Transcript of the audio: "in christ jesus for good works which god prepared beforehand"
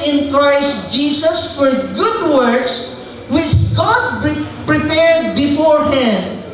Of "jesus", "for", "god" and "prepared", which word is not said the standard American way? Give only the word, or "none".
jesus